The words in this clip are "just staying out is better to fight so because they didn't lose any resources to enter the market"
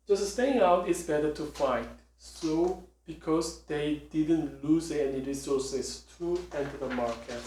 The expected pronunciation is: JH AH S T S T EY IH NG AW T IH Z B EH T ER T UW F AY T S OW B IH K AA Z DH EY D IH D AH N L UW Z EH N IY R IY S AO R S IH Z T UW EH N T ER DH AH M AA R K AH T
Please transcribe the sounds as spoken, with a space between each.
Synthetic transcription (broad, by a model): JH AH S S T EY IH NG AW T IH S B EH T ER T UW F AY T S OW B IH K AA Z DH EY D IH D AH N L UW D EH N IY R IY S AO S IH S T UW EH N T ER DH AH M AA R K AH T